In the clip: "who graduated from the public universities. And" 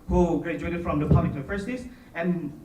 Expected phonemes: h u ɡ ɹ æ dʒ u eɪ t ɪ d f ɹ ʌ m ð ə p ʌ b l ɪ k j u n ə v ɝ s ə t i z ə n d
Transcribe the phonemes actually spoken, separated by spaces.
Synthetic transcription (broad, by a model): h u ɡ ɹ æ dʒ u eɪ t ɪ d f ɹ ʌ m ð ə p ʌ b l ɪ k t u ə f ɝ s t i s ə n